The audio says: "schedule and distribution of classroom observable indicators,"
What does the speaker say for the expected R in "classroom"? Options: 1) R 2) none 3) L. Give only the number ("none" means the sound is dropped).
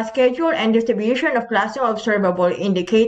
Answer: 2